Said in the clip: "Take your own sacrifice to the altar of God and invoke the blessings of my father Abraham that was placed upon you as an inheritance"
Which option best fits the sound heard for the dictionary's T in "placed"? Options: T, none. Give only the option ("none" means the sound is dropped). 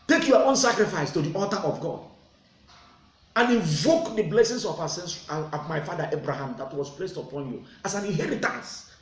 T